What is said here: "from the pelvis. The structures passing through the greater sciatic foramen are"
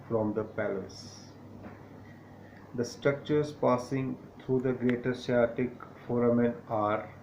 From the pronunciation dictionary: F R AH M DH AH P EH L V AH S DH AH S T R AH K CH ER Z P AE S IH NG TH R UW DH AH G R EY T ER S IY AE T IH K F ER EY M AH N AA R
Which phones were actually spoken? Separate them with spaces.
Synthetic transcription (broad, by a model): F R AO M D AH P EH L AH S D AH S T R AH K CH ER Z P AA S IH NG T R UW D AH G R EY T ER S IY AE T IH K F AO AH M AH N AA R